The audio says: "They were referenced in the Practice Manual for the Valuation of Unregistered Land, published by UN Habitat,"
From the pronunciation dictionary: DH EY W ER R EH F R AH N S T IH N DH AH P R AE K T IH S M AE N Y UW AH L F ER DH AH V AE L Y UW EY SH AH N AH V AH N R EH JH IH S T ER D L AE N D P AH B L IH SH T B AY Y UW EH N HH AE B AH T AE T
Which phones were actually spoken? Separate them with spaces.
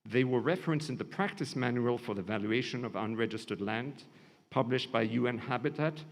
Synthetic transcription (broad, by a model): DH EY W ER R EH F R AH N S IH N DH AH P R AE K T IH S M AE N Y UW AH L F ER DH AH V AE L Y UW EY SH AH N AH V AH N R EH JH IH S T ER D L AE N D P AH B L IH SH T B AY Y UW EH N HH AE B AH T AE T